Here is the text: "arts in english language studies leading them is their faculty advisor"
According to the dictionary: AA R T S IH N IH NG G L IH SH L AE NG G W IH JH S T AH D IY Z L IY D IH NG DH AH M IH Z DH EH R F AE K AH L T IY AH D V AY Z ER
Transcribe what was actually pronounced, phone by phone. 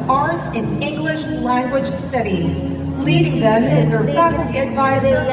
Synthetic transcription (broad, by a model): AA R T S IH N IH NG G L IH SH L AE NG G W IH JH S T AH D IY Z L IY D IH NG DH AH M IH Z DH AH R P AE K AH T IY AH D V AY Z ER